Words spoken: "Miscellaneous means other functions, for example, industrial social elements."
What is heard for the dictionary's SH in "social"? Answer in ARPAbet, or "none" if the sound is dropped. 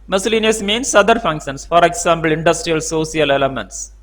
S